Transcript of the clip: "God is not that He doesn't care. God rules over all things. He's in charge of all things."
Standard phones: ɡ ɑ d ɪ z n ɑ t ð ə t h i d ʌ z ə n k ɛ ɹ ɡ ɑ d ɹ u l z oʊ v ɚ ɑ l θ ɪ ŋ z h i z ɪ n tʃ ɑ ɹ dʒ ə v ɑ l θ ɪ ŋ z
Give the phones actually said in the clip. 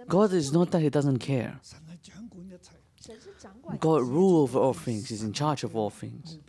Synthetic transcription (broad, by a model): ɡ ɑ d ɪ z n ɑ t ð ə t h i d ʌ z ə n k ɛ ɹ ɡ ɑ d ɹ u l oʊ v ɚ ɑ l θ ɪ ŋ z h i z ɪ n tʃ ɑ ɹ dʒ ə v ɑ l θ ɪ ŋ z